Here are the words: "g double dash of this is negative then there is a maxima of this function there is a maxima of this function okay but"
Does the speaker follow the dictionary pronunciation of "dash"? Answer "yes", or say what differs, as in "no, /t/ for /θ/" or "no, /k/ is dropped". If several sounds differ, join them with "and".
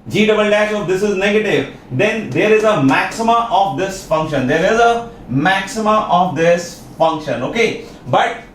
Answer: no, /s/ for /ʃ/